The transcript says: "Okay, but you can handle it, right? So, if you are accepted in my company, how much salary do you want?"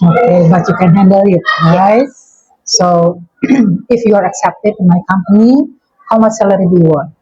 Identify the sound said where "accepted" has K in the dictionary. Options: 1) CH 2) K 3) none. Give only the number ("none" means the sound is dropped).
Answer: 2